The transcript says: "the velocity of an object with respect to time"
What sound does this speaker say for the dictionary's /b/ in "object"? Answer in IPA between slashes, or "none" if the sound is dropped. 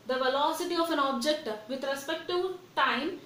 /b/